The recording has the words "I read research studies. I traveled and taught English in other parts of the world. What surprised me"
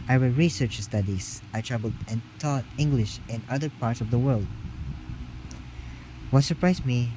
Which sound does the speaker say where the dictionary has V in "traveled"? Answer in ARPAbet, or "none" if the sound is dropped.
B